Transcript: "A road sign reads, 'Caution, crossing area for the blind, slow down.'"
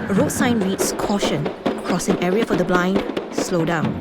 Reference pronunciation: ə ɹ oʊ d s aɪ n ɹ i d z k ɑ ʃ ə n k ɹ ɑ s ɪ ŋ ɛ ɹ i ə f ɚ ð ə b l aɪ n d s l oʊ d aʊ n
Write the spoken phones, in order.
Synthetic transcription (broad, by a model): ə ɹ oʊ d s aɪ n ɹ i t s k ɑ ʃ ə n k ɹ ɑ s ɪ ŋ ɛ ɹ i ə f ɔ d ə b l aɪ n d s l oʊ d aʊ n